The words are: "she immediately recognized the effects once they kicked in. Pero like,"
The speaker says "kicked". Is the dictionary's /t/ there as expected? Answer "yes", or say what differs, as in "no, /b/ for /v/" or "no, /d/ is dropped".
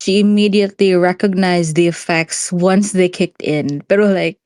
yes